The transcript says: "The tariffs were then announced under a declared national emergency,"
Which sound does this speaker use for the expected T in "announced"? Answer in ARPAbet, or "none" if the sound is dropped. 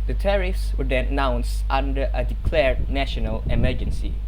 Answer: T